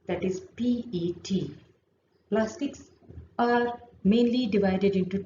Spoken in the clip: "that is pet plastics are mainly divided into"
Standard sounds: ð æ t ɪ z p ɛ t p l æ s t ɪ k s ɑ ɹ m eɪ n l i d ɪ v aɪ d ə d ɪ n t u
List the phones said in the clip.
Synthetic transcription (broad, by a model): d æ t ɪ z p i t p l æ s t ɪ k s ɑ ɹ m eɪ n l i d ɪ v aɪ d ə d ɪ n t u